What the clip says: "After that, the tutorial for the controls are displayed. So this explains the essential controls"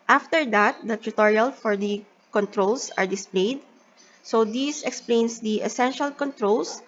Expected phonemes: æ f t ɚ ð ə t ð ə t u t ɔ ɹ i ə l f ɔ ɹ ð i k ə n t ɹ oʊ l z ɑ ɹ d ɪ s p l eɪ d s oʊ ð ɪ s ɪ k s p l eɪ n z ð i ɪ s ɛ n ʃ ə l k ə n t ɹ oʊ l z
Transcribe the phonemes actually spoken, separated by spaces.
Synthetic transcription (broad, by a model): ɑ f t ɚ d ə t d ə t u t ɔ ɹ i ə l f ɔ ɹ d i k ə n t ɹ oʊ l s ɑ ɹ d ɪ s p l eɪ d s oʊ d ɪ s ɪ k s p l eɪ n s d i ɪ s ɛ n ʃ ə l k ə n t ɹ oʊ l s